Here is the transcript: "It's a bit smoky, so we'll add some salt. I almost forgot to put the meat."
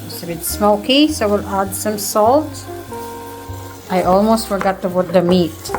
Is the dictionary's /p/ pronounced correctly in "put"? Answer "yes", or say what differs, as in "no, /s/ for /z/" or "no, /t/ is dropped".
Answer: no, /b/ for /p/